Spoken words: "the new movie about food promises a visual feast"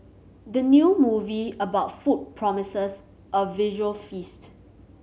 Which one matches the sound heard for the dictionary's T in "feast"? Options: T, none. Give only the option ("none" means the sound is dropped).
T